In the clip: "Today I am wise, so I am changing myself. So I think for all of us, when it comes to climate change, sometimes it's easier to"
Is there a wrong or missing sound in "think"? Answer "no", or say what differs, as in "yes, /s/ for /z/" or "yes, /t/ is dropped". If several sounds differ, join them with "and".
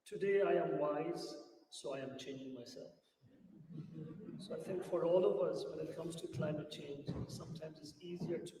yes, /t/ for /θ/